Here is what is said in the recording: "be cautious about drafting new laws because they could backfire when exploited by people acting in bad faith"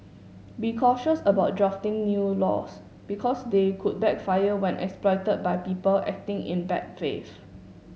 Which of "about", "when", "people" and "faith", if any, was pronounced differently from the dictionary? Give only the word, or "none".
faith